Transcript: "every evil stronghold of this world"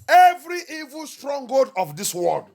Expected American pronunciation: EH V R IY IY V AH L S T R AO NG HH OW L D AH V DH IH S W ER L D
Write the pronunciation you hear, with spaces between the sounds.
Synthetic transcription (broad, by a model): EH V R IY IY V AH L S T R AO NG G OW D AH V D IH S W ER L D